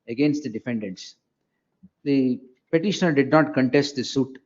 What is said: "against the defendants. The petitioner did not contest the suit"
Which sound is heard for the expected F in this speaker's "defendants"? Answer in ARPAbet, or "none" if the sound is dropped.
F